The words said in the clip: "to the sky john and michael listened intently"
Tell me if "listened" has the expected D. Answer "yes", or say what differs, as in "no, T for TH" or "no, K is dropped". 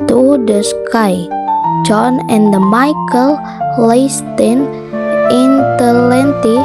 no, D is dropped